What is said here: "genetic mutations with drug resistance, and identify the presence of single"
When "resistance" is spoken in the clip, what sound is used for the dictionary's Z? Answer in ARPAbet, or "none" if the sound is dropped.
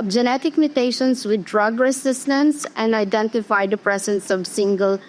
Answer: S